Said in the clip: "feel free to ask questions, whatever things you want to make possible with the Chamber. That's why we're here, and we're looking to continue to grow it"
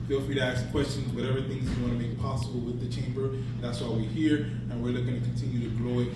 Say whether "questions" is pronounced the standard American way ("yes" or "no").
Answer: yes